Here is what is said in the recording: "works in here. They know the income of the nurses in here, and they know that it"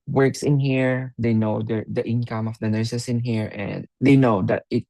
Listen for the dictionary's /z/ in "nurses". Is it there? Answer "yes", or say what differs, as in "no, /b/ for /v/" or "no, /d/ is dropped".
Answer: no, /s/ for /z/